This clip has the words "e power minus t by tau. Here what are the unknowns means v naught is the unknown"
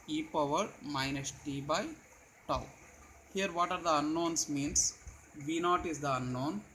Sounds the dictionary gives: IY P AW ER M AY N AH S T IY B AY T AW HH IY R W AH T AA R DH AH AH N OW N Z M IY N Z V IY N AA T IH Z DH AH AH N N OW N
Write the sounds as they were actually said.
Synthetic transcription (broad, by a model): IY P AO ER M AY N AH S T IY B AY T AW HH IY R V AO T AA R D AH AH N OW N S M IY N S V IY N AA T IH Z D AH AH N N OW N